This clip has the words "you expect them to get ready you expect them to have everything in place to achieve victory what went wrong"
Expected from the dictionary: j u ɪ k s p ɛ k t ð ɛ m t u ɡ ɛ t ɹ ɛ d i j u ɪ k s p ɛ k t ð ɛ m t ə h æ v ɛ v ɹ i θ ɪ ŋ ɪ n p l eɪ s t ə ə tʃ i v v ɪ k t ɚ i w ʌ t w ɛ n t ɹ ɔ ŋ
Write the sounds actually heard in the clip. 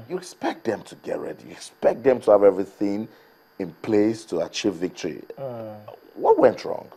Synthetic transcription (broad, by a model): j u ɪ k s p ɛ k t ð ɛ m t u ɡ ɛ t ɹ ɛ d i j u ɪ k s p ɛ k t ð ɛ m t ə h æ v ɛ v ɹ i θ ɪ ŋ ɪ n p l eɪ s t ə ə tʃ i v v ɪ k t ɚ i w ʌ t w ɛ n t ɹ ɔ ŋ